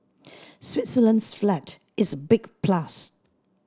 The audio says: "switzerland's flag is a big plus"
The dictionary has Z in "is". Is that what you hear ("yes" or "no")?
yes